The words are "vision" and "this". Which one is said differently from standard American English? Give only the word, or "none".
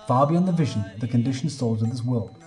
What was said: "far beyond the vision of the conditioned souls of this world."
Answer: none